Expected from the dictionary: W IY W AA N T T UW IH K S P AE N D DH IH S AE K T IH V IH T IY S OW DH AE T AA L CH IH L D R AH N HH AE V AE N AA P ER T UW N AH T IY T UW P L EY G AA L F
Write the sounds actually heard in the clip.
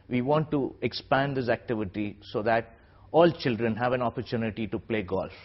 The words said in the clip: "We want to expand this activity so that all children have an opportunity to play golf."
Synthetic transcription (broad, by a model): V IY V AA N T T UW IH K S P AE N D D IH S AE K T IH V IH T IY S OW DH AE T AA L CH IH L D R AH N HH AE V AE N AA P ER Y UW N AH T IY T UW P L EY G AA L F